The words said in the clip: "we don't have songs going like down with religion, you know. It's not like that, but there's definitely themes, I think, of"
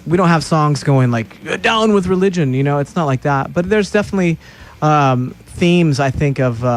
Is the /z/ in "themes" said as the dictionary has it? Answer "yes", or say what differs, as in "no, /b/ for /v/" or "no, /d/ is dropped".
yes